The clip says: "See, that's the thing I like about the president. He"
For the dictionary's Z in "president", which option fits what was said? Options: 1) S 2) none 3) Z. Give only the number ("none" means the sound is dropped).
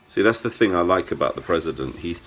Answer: 3